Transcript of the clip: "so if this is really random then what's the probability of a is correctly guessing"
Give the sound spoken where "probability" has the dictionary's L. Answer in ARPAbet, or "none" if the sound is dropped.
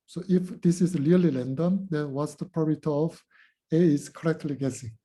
none